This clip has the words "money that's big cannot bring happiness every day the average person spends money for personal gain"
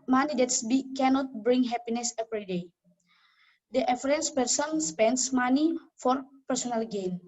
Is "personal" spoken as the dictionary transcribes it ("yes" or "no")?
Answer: yes